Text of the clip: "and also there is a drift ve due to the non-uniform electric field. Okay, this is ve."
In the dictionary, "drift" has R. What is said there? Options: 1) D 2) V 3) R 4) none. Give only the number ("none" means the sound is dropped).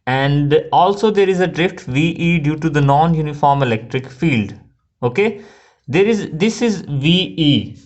3